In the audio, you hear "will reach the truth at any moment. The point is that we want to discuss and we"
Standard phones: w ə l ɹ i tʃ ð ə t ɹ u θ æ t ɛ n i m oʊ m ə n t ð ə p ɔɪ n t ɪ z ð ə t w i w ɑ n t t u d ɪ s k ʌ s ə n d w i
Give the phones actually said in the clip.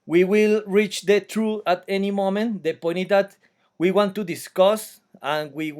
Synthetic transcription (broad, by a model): w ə l ɹ i tʃ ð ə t ɹ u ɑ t ɛ n i m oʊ m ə n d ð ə p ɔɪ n ɪ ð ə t w i w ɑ n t t u d ɪ s k ʌ s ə n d w i